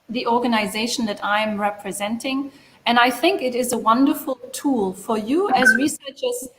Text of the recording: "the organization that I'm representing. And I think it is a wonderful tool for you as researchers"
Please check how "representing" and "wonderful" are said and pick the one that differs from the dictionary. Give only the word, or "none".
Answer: none